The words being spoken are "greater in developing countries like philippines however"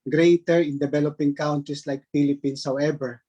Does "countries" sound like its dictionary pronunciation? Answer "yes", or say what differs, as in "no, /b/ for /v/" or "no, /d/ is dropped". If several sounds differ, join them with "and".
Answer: no, /s/ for /z/